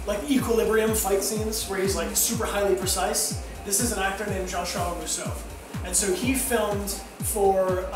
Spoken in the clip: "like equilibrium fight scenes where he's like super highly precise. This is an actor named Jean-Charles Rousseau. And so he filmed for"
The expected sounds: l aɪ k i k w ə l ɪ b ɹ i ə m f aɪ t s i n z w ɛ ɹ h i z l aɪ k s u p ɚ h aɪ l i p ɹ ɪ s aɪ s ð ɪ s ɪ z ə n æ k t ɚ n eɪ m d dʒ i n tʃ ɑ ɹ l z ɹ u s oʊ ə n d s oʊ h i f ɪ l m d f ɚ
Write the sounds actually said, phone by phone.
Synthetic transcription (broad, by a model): l aɪ k i k w ə l ɪ b ɹ i ə m f aɪ t s i n z w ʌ ɹ h i z l aɪ k s u p ɚ h aɪ l i p ɹ ɪ s aɪ s ð ɪ s ɪ z ə n æ k t ɚ n eɪ m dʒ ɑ n ʃ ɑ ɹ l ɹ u s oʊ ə n s oʊ h i f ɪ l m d f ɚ